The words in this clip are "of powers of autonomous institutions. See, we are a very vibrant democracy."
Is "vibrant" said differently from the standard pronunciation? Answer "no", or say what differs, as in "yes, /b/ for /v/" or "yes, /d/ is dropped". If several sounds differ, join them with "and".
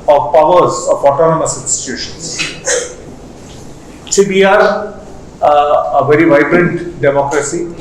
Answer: no